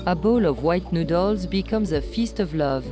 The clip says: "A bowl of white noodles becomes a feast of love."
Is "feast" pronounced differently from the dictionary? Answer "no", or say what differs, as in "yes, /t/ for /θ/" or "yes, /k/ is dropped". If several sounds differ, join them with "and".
no